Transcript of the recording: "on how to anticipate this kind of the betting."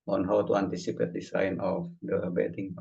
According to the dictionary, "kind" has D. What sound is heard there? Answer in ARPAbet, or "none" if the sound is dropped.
none